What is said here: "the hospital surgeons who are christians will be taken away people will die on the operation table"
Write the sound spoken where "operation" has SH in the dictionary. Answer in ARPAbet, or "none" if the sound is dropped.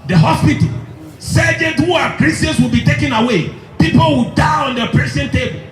S